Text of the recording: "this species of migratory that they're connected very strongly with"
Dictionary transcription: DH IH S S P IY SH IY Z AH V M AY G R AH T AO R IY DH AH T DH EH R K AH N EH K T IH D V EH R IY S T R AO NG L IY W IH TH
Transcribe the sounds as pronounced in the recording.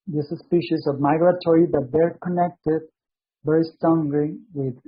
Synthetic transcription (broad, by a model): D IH S S P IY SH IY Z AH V M AY G R AH T AO R IY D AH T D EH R K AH N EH K T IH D B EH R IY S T AO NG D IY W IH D